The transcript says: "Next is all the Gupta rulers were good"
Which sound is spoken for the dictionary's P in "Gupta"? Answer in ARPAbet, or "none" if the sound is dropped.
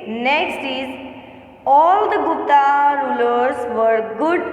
none